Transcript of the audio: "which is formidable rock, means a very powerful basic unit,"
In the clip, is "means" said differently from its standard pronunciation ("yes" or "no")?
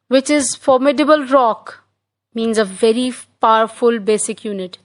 no